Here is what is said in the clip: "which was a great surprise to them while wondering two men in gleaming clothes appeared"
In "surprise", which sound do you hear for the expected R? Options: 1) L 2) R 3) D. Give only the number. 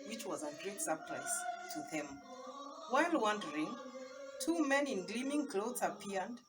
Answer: 1